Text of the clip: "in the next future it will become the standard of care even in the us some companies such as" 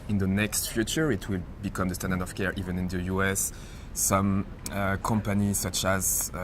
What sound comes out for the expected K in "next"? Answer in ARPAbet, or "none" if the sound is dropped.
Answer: K